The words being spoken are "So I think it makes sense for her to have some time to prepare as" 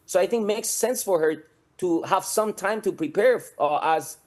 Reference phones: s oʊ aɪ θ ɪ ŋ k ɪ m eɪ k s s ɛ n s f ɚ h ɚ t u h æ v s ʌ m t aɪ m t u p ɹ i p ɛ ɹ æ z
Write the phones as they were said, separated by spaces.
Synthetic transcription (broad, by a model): s oʊ aɪ θ ɪ ŋ k m eɪ k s s ɛ n s f ɚ h ɚ t u h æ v s ʌ m t aɪ m t u p ɹ i p ɛ ɹ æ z